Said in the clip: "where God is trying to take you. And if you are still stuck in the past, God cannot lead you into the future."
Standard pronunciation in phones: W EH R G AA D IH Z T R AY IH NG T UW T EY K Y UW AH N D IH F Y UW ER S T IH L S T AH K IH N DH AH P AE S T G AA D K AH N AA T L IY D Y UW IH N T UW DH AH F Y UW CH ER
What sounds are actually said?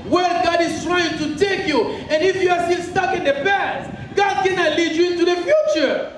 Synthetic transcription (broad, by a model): W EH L G AA D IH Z T R AY IH NG T UW T EY K Y UW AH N IH F Y UW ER S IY N S T AH K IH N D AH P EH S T G AA D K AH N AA L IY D Y UW IH N T UW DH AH F Y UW CH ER